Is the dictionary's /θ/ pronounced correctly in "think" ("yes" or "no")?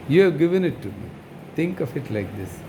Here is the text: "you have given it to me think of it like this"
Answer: no